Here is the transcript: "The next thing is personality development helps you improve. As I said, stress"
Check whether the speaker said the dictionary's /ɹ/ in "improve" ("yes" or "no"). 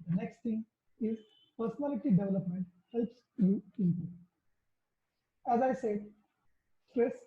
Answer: no